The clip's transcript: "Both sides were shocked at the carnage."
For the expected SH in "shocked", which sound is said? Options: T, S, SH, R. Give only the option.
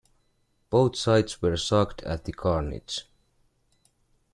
S